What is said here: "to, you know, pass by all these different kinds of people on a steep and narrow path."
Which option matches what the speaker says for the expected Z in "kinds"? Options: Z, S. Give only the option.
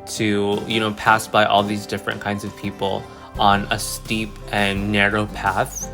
Z